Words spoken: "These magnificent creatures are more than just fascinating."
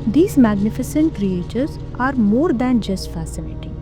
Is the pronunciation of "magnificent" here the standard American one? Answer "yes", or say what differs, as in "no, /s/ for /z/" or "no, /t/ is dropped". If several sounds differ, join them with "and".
yes